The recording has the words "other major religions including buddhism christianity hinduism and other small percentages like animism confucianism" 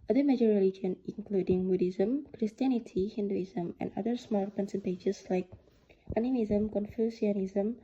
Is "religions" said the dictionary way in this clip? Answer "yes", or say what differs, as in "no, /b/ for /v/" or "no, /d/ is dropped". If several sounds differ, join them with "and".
no, /z/ is dropped